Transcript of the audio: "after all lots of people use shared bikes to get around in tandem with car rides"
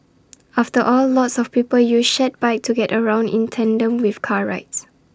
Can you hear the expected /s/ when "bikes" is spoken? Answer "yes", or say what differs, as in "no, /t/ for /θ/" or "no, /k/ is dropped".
no, /s/ is dropped